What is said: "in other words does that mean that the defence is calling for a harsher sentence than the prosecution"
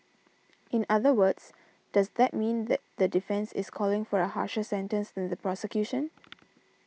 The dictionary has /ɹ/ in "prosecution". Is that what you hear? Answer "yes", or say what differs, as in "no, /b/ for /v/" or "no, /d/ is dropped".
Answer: yes